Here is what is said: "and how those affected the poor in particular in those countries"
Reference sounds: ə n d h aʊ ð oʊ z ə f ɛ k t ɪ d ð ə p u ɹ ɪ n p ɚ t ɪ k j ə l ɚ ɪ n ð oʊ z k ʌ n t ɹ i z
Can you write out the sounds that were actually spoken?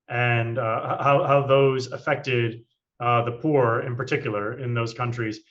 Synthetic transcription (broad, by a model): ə n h h aʊ ð oʊ z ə f ɛ k t ɪ d ð ə p u ɹ ɪ n p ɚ t ɪ k j l ɚ ɪ n ð oʊ z k ʌ n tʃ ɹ i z